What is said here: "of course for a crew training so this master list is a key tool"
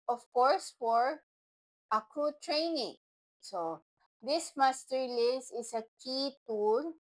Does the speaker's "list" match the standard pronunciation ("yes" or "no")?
no